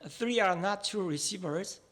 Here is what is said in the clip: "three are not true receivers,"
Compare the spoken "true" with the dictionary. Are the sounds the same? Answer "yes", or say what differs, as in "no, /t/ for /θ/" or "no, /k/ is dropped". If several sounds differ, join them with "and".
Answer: no, /ɹ/ is dropped